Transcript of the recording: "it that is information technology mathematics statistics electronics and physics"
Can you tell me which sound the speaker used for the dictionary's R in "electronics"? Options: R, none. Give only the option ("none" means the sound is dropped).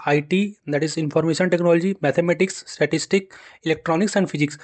R